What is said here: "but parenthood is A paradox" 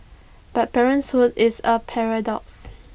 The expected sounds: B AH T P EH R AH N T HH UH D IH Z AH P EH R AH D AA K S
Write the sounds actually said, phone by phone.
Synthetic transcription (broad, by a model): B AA T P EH R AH N S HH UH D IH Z AH P EH R AH D AA K S